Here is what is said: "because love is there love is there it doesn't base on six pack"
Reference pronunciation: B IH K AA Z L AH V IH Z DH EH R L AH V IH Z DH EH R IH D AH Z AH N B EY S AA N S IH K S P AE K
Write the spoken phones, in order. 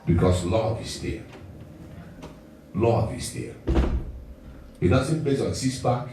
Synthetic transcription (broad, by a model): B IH K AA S L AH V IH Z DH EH L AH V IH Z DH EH IH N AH S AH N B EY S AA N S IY S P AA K